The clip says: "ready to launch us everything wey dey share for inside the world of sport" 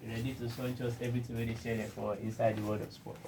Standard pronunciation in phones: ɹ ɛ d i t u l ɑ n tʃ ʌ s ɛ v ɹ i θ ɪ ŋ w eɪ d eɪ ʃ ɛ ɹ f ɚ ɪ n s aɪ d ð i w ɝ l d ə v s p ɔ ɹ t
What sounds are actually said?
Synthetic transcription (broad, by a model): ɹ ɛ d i t u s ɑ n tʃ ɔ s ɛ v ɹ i t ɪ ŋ w eɪ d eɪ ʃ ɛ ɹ f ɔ ɪ n s aɪ d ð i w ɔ d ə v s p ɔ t